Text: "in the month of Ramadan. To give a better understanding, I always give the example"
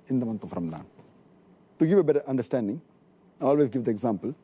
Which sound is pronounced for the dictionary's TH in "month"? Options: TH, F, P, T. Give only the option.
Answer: T